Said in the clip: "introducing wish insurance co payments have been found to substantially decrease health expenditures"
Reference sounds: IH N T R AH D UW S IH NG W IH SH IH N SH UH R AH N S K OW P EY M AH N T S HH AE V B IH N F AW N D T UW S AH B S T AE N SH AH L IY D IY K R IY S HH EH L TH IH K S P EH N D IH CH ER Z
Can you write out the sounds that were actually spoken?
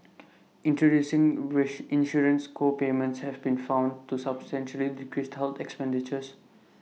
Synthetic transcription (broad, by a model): IH N T R AH D UW S IH NG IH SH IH N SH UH R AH N S K OW P EY M AH N T S HH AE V B IH N F AW N D T UW S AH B S T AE N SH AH L IY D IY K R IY S HH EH L T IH K S P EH N D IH CH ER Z